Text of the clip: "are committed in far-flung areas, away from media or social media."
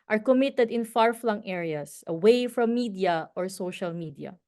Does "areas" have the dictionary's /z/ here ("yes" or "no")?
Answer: no